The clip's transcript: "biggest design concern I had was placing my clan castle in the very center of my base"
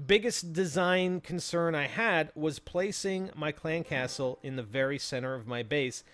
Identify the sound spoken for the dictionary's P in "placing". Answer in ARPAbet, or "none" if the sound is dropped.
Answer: P